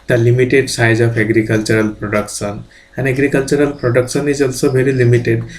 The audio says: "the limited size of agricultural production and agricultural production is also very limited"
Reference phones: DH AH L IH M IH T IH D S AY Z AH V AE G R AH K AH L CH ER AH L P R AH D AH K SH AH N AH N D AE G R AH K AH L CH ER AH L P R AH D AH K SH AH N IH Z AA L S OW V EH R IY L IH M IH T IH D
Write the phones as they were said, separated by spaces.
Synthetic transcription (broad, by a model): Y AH L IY M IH T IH D S AY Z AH F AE G R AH K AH L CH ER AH L P R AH D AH K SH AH N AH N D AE G R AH K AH L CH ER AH L P R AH D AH K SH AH N IH Z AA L S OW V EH L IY L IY M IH T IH D